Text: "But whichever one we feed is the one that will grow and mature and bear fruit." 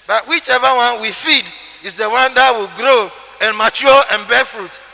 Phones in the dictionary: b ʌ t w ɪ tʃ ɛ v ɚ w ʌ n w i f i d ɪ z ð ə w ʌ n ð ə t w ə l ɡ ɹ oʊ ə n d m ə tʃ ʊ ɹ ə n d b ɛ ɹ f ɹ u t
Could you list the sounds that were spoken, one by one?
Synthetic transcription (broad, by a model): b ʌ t w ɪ tʃ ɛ v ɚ w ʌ n w i f i d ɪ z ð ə w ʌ n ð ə t w ə l ɡ ɹ oʊ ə n m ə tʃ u l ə n b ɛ f ɹ u t